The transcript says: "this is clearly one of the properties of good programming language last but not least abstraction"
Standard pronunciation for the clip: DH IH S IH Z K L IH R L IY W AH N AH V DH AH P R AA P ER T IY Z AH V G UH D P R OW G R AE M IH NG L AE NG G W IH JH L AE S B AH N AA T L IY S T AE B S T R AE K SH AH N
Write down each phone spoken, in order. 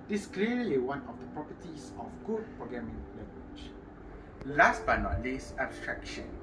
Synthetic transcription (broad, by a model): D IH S K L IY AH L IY W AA N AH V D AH P R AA P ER T IY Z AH F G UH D P R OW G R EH M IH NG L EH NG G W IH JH L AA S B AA N AA T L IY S AE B S T R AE K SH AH N